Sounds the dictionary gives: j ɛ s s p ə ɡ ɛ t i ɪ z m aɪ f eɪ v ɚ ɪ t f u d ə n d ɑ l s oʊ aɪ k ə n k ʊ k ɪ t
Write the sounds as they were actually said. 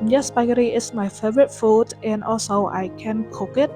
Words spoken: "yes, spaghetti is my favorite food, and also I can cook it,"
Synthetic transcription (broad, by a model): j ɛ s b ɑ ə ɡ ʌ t i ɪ s m aɪ f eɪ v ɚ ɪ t f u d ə n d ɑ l s oʊ aɪ k ə n k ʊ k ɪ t